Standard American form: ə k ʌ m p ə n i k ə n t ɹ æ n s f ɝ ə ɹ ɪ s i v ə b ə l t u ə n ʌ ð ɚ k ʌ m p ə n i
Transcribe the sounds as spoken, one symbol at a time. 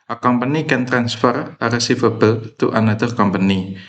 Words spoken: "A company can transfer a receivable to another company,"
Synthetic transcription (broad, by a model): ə k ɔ m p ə n i k ə n t ɹ æ n s f ɝ ə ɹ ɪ s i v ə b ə l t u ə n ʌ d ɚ k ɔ m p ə n i